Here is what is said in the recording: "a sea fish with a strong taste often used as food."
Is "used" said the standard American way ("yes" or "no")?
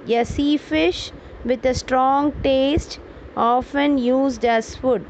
yes